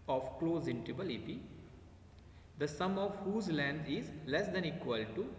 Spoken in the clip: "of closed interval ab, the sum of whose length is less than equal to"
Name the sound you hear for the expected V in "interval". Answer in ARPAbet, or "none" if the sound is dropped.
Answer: B